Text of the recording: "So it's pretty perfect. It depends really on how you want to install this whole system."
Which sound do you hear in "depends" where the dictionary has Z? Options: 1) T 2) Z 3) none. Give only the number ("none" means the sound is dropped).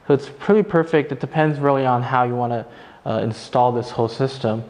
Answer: 2